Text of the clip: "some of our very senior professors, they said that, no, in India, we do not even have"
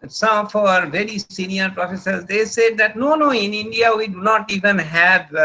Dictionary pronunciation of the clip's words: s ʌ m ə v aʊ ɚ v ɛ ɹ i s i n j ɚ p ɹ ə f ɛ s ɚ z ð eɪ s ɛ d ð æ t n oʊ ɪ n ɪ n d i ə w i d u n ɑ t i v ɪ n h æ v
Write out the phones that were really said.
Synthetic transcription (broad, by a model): s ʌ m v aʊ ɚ v ɛ ɹ i s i n j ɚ p ɹ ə f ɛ s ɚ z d eɪ s ɛ d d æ t n oʊ ɪ n ɪ n d i ə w i d u n ɑ t i v ɪ n h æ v